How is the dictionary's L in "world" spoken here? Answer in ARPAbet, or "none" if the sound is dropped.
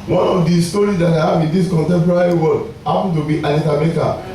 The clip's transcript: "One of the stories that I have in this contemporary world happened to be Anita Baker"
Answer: none